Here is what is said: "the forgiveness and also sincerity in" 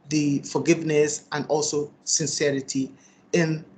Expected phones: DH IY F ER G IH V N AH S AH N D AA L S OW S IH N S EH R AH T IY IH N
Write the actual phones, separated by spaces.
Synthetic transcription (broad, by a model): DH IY F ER G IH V N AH S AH N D AA L S OW S IH N S EH R AH T IY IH N